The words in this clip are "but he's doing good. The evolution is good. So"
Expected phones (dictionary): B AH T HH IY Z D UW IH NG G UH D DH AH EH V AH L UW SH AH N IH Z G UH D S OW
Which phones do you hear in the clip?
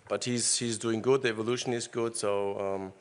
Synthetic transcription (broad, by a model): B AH T HH IY Z D UW IH NG G UH D DH AH EH V AH L UW SH AH N IH Z G UH D S OW